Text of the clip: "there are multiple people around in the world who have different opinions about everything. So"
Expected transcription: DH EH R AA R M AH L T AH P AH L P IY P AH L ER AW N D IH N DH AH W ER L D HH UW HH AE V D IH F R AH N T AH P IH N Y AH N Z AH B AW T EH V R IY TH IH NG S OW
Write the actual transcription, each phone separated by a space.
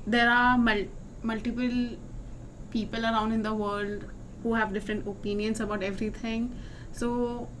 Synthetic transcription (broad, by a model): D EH R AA L M AH L T AH P AH L P IY P AH L ER AW N D IH N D AH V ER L D HH UW HH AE V D IH F R AH N T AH P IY N Y AH N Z AH B AW T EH V R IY T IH NG S OW